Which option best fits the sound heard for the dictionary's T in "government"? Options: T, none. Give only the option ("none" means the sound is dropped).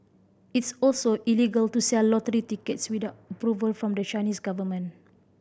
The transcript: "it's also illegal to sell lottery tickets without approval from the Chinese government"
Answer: none